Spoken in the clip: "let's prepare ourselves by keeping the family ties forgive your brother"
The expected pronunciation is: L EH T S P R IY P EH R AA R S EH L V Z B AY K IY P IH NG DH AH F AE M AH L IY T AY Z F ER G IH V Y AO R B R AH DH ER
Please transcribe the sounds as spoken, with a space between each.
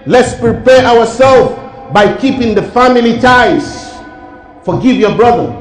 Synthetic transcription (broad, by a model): L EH T S P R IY P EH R AA W S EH L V B AY K IY P IH NG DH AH F AE M AH L IY T AY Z F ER G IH V Y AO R B R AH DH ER